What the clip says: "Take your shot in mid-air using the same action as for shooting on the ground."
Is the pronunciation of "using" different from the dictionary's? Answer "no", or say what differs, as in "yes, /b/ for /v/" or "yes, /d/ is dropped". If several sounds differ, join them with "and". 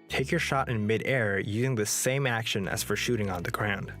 no